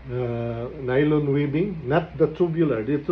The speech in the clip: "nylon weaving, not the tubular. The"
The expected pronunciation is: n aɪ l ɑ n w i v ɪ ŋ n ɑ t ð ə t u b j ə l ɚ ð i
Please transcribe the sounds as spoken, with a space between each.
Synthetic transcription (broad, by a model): n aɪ l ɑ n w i b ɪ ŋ n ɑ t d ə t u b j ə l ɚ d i